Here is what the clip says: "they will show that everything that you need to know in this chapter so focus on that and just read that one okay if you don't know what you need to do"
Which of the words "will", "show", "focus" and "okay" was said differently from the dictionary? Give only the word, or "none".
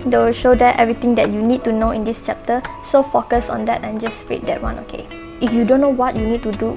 none